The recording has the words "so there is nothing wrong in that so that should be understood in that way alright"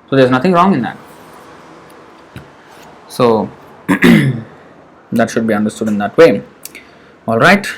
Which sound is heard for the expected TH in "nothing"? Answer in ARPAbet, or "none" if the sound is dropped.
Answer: T